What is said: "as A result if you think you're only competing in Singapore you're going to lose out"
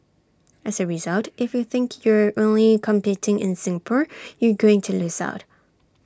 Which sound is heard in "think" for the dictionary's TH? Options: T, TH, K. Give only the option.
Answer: TH